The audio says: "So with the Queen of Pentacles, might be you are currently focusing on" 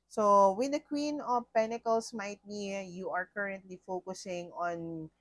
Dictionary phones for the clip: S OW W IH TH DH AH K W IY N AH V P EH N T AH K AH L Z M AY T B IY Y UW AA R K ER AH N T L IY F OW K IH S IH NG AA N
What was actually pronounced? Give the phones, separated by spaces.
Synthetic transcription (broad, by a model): S OW W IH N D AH K W IY N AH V P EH N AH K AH L S M AY T B IY Y UW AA R K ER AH N T L IY F OW K IH S IH NG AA N